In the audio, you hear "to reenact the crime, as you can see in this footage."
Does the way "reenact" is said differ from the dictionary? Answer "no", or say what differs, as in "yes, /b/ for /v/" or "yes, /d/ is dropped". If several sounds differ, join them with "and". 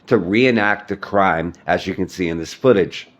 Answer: no